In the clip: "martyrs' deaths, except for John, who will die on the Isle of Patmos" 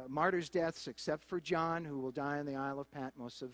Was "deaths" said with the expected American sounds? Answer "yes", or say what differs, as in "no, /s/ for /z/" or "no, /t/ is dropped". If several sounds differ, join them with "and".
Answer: yes